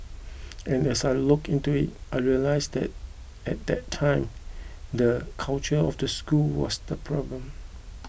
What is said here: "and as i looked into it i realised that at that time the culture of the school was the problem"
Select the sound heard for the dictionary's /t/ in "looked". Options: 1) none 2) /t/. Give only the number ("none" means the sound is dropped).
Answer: 1